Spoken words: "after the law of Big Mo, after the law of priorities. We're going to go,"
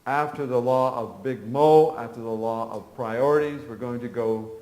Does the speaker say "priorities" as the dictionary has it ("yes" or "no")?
yes